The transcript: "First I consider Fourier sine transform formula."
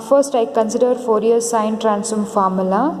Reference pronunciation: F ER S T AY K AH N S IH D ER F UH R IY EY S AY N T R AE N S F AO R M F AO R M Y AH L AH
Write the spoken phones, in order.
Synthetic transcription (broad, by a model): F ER S T AY K AH N S IH D ER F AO R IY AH S AY N T R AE N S AO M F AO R M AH L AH